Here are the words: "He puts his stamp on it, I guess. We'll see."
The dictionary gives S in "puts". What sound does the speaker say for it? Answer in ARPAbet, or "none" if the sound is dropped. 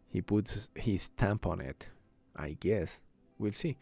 none